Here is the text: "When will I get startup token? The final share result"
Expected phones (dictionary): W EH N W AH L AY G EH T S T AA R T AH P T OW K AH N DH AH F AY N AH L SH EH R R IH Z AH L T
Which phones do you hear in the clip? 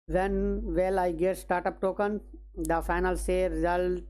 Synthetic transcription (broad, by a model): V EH N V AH L AY G EH T S T AA R T AH P T OW K AH N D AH F AY N AH L S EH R R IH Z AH L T